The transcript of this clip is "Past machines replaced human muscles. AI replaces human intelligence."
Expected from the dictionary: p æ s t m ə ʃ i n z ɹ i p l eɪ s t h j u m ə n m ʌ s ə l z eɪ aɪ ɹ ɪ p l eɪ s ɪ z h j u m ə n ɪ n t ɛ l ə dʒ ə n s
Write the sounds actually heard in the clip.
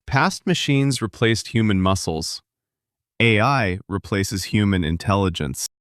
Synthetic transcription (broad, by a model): p æ s t m ə ʃ i n z ɹ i p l eɪ s t h j u m ə n m ʌ s l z eɪ aɪ ɹ ɪ p l eɪ s ɪ z h j u m ə n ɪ n t ɛ l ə dʒ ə n s